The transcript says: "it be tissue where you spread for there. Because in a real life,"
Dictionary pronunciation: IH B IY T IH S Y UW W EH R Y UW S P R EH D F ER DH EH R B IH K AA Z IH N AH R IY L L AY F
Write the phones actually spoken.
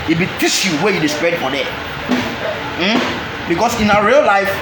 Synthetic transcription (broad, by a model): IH B IY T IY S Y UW W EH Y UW S P R EH D F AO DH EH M B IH K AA S IH N AH R IY L L AY F